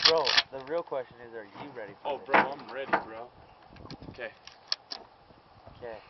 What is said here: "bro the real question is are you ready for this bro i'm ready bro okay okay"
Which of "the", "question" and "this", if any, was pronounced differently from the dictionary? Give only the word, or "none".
this